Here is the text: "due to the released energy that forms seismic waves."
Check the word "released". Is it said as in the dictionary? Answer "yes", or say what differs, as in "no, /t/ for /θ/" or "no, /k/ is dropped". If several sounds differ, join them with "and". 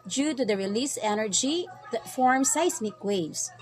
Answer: no, /t/ is dropped